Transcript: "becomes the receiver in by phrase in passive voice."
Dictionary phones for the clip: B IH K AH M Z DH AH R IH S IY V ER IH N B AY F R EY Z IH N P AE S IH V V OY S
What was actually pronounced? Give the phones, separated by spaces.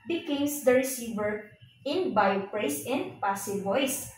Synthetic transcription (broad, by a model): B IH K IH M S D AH R IH S IY V ER IH N B AY P R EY S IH N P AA S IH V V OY S